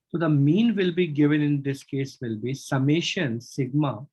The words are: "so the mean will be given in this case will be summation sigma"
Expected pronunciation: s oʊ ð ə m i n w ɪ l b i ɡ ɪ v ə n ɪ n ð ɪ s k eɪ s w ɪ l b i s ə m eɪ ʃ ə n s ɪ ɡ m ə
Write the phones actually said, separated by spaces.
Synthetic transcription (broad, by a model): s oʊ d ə m i n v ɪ l b i ɡ ɪ v ə n ɪ n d ɪ s k eɪ s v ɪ l b i s ə m eɪ ʃ ə n s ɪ ɡ m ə